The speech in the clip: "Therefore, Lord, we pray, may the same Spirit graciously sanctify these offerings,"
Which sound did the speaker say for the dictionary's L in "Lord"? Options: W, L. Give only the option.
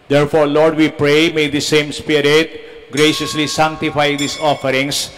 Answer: L